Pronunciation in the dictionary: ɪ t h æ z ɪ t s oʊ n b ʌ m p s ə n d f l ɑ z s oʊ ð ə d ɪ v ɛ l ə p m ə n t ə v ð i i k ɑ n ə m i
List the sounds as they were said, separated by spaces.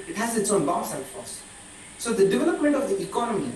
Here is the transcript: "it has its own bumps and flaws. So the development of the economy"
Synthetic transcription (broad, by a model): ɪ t h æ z ɪ t s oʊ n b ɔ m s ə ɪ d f ɑ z s oʊ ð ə d ɪ v ɛ l ə p m ə n t ə v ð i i k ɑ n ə m i